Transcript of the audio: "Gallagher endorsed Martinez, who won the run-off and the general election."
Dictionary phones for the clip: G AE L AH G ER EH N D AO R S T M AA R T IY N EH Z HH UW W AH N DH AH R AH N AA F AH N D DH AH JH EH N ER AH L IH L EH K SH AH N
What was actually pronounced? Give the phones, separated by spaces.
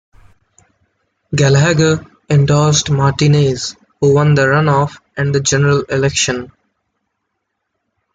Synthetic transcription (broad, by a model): G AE L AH G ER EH N D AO L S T M AA R T IY N EH Z HH UW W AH N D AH R AH N AA F AH N D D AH JH EH N ER AH L IH L EH K SH AH N